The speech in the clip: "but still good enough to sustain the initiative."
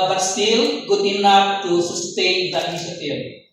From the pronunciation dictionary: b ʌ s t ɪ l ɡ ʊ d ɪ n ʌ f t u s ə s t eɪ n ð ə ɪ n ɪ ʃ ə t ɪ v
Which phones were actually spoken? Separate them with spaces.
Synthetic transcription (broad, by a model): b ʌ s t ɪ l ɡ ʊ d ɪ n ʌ p t u s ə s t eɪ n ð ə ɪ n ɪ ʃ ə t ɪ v